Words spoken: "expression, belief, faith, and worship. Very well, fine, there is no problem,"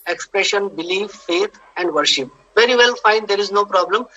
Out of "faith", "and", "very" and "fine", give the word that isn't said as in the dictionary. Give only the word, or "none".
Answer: faith